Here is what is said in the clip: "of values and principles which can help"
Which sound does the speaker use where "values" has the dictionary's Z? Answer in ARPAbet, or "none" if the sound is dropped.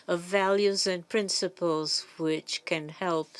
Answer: Z